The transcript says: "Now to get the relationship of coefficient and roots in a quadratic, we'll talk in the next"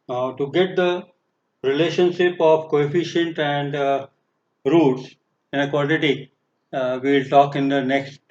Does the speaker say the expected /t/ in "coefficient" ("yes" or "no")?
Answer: yes